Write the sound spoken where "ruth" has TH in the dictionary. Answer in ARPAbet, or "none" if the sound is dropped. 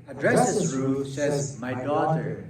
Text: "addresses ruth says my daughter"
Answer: F